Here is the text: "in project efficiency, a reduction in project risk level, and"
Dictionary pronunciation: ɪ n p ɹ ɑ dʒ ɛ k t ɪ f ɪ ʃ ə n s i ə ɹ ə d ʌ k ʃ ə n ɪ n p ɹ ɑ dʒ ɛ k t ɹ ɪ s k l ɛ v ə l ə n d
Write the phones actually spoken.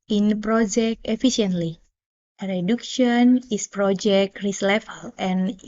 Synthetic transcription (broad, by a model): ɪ n p ɹ ɑ dʒ ɛ k t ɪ f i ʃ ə n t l ə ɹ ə d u k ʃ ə n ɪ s p ɹ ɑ dʒ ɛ k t ɹ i s l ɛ f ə l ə n